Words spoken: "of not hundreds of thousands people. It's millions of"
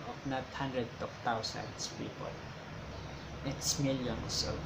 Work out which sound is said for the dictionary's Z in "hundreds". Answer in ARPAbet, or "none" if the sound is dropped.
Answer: none